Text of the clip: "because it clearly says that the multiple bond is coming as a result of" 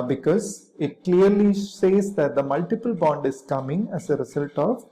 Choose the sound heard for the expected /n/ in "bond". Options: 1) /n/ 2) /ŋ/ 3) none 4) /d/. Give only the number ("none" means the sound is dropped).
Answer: 1